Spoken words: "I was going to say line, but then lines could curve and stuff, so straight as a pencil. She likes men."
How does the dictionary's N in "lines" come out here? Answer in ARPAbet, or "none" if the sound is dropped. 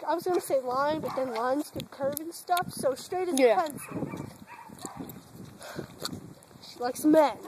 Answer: N